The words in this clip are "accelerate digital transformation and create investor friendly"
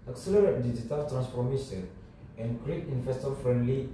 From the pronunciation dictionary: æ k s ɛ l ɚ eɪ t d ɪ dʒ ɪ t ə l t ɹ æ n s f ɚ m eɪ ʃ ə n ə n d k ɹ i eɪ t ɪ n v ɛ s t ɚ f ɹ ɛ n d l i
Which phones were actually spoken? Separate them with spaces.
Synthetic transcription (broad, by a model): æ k s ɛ l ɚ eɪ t d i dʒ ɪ t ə l t ɹ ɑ n s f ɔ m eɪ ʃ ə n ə n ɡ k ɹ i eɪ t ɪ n f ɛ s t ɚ f ɹ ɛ n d l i